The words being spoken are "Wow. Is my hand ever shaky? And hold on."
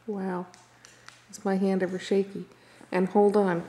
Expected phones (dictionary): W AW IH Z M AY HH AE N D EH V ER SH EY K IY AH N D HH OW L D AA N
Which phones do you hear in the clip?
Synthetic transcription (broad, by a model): W AW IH S M AY HH AE N D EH V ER SH EY K IY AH N HH OW L D N